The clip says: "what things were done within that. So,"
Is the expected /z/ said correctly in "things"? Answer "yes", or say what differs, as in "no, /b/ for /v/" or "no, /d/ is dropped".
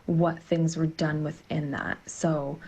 yes